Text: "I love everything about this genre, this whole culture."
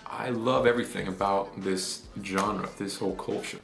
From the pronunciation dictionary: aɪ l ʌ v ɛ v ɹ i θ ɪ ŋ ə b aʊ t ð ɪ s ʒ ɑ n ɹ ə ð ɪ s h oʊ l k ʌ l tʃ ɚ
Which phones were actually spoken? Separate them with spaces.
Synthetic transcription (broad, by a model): aɪ l ʌ v ɛ v ɹ i θ ɪ ŋ ə b aʊ t ð ɪ s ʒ ɑ n ɹ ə ð ɪ s h oʊ l k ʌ l tʃ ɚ